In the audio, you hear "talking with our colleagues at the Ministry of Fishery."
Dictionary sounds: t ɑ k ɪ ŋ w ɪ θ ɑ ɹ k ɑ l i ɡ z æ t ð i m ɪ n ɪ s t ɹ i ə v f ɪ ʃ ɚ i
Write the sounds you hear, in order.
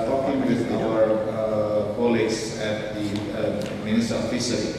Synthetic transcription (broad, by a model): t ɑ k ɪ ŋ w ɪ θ ɑ ɹ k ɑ l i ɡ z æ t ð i m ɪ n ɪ s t i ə f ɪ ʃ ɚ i